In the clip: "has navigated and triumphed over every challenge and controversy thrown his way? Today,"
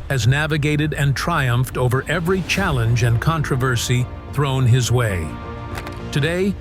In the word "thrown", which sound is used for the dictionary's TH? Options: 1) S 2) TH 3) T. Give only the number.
2